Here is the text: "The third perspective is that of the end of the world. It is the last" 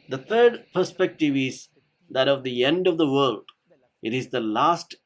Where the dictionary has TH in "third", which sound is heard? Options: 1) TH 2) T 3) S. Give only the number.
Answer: 2